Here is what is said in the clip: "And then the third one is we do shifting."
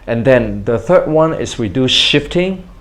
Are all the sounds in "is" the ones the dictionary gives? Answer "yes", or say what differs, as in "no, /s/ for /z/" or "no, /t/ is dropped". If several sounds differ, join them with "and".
no, /s/ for /z/